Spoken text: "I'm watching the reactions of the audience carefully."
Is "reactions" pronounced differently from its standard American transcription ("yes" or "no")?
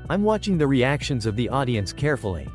no